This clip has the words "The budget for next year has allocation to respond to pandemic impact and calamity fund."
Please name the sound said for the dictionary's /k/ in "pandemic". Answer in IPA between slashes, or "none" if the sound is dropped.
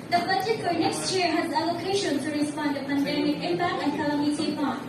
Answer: none